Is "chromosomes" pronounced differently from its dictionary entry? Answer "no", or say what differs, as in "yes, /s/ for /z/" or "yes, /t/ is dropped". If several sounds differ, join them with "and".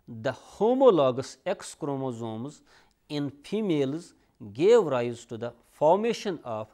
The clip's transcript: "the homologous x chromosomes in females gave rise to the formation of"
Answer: no